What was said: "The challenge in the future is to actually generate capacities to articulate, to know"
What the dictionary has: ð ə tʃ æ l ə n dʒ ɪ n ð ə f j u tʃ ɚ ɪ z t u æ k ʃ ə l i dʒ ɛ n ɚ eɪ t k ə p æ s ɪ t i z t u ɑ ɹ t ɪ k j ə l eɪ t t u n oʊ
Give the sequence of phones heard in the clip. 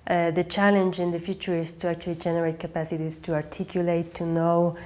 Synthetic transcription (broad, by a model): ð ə tʃ æ l ə n dʒ ɪ n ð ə f j u tʃ ɚ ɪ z t u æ k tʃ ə l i dʒ ɛ n ɚ eɪ t k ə p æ s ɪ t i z t u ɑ ɹ t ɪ k j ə l eɪ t t u n oʊ